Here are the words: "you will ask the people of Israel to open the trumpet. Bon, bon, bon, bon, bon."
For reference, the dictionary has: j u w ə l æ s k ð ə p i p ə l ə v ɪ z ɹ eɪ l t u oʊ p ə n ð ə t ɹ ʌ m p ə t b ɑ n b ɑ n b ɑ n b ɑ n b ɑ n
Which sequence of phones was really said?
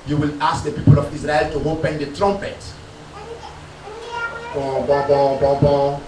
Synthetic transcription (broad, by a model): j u w ə l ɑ s k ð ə p i p ə l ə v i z ɹ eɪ l t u oʊ p ə n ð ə t ɹ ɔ m p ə t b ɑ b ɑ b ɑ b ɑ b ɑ